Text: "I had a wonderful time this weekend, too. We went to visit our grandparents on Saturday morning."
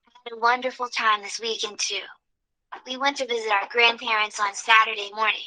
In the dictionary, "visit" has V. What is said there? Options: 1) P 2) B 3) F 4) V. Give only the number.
4